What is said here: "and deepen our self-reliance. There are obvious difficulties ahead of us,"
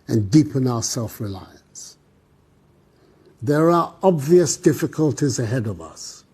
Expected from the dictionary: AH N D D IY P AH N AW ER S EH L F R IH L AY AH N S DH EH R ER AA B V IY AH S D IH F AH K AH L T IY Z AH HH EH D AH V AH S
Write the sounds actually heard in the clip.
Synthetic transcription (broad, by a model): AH N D D IY P AH N AW ER S EH L F R IH L AY AH N S DH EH R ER AA B V IY AH S D IH F AH K AH L T IY Z AH HH EH D AH V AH S